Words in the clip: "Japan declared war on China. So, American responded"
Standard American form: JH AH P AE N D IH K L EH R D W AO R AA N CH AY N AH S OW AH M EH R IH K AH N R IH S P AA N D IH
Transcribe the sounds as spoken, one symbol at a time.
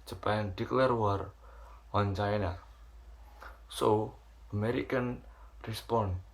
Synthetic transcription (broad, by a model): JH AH P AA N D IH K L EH R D W AO R AA N CH AY N AH S OW AH M EH R IH K AH N R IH S P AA N